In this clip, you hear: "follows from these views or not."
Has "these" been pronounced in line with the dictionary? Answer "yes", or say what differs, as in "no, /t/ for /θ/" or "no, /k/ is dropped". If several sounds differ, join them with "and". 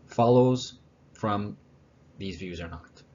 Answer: yes